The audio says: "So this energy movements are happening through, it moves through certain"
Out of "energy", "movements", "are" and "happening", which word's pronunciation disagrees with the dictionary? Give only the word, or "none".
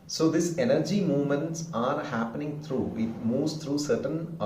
none